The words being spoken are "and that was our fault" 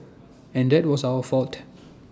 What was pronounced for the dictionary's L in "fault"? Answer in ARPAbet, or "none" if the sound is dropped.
L